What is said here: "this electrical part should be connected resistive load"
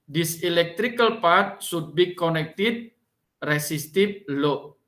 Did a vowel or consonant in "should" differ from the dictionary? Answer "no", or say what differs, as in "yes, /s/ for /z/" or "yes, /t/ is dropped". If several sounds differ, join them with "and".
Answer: yes, /s/ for /ʃ/